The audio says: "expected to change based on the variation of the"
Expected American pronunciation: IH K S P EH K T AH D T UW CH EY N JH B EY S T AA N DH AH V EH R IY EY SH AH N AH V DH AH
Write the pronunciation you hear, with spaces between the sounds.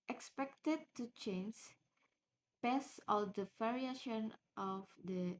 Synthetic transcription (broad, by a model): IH K S P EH K T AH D T UW CH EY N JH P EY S AA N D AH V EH R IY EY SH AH N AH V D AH